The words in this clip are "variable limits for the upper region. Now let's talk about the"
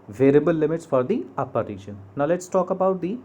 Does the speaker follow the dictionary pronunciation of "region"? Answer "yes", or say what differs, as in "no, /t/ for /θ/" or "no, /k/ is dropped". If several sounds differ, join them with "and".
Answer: no, /ʃ/ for /dʒ/